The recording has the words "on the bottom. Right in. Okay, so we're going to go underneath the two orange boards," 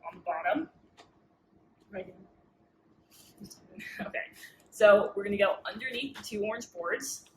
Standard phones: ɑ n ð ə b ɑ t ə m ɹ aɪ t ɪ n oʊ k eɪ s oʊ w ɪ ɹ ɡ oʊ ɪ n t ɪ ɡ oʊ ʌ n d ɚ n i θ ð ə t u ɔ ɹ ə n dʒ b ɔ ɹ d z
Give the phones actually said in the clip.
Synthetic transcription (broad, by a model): n ð ə b ɑ t ə m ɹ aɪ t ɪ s oʊ k eɪ s oʊ w ɪ ɹ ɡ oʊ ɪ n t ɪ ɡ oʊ ʌ n d ɚ n i θ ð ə t u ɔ ɹ n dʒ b ɔ ɹ d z